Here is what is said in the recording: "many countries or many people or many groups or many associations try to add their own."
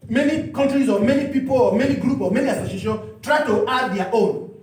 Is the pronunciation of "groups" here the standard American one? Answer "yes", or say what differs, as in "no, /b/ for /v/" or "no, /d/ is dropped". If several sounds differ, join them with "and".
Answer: no, /s/ is dropped